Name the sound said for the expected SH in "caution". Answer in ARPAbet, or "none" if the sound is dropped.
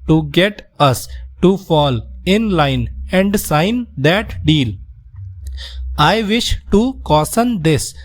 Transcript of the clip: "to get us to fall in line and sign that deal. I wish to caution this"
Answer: S